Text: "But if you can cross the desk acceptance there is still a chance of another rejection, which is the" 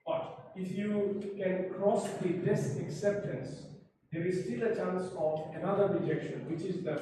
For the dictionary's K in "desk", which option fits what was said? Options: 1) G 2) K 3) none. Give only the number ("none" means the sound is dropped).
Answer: 3